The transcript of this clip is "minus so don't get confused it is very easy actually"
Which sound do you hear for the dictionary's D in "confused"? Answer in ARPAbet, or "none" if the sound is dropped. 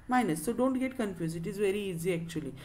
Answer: none